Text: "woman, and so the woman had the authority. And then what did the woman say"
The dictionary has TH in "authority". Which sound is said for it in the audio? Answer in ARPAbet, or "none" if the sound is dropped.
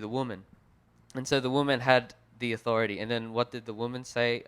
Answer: TH